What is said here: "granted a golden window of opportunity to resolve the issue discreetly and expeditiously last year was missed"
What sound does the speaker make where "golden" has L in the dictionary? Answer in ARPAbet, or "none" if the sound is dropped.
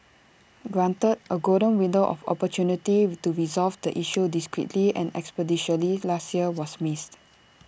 none